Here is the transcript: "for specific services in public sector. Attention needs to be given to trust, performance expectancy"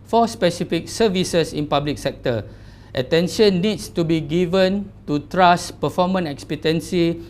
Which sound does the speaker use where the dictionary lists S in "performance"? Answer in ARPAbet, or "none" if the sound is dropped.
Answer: none